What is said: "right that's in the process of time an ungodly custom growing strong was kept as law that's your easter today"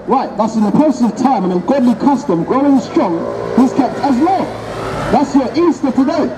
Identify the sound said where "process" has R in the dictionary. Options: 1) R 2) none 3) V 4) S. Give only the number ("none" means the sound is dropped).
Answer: 2